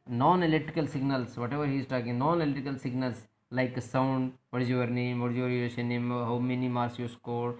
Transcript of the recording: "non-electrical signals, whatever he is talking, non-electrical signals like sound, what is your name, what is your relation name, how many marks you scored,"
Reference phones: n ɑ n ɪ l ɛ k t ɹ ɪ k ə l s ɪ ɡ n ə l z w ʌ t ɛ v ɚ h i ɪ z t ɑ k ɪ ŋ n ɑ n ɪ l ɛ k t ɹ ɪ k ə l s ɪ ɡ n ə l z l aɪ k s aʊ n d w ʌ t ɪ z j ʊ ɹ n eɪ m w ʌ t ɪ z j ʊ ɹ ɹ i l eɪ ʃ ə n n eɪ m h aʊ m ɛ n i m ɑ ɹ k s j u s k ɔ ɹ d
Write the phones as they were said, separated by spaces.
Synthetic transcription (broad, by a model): n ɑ n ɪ l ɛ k t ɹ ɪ k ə l s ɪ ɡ n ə l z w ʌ t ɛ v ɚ h i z t ɑ k ɪ ŋ n ɑ n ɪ l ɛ t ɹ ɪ k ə l s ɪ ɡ n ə l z l aɪ k s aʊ n d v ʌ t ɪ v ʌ ɹ n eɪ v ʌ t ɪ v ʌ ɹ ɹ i eɪ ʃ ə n n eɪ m h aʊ m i n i m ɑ ɹ s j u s k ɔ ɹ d